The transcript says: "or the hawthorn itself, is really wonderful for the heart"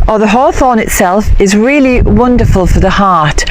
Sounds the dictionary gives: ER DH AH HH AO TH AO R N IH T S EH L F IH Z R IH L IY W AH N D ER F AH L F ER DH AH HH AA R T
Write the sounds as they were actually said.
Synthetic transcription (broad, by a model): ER DH AH HH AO TH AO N IH T S EH L F IH Z R IH L IY W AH N D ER F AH L F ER DH AH HH AA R T